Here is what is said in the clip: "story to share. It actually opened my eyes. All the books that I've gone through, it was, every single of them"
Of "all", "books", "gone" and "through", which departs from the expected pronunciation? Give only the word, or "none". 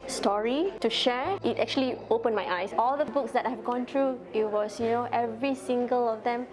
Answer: through